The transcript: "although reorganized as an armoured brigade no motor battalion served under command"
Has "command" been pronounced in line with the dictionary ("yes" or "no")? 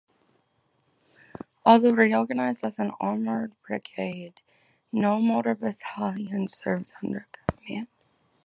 no